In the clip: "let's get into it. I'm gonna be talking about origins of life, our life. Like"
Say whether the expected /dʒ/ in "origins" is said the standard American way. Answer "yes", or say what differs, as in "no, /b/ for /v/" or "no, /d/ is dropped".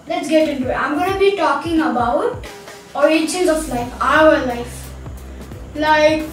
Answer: no, /tʃ/ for /dʒ/